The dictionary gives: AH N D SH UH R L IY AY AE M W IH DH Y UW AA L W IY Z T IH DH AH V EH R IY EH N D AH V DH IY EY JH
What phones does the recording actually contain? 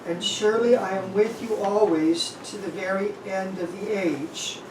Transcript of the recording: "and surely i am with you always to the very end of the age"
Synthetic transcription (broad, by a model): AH N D SH UH R L IY AY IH M W IH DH Y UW AA L W IY Z T IH DH AH V EH R IY EH N D AH V DH IY EY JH